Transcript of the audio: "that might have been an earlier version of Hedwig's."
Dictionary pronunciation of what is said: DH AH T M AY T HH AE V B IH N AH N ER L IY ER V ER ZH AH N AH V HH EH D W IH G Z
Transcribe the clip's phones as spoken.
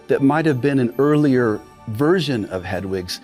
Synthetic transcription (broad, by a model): DH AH T M AY T HH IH V B IH N AH N ER L IY ER V ER ZH AH N AH V HH EH D W IH G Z